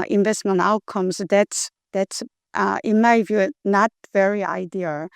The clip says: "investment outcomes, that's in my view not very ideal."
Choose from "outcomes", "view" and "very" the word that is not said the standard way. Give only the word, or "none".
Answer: outcomes